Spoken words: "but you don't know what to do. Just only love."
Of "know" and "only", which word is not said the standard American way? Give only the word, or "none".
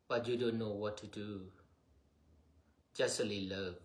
only